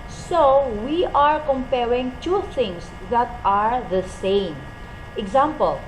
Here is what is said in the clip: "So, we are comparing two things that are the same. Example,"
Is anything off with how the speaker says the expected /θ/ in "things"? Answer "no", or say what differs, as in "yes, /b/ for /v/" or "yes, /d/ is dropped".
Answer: yes, /t/ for /θ/